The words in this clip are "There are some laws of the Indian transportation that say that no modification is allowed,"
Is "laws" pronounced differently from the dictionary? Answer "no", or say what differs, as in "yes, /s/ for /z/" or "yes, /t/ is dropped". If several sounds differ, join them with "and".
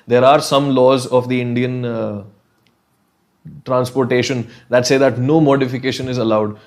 no